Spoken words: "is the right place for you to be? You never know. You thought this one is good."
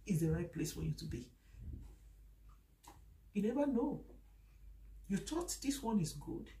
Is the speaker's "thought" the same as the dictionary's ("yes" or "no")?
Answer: no